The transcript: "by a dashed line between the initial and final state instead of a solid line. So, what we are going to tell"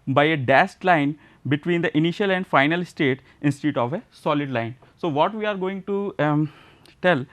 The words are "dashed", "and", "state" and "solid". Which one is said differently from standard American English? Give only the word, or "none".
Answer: dashed